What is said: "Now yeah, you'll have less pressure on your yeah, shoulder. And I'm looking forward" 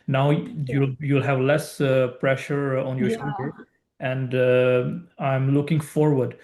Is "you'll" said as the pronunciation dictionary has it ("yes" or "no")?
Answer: yes